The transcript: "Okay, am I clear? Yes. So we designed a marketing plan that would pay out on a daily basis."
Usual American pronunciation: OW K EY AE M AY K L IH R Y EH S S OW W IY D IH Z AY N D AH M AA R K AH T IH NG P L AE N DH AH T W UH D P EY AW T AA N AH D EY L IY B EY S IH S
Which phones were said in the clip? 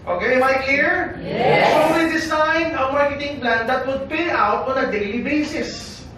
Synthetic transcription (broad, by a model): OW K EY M AY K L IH R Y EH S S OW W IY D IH S AY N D AH M AA R K AH T IH NG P L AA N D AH T W UH D P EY AW T AA N AH D EY L IY B EY S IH S